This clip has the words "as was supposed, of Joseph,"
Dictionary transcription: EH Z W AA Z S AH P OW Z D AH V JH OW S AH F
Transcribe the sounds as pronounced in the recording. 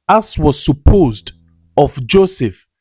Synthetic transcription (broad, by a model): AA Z W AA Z S AH P OW Z D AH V JH OW S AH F